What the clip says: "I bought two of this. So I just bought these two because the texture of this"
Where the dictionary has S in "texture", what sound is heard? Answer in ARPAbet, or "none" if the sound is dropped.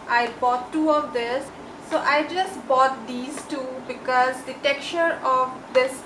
none